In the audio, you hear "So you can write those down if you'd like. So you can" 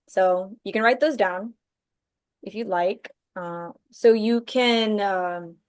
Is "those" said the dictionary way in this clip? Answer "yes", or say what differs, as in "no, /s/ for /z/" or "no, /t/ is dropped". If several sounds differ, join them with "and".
yes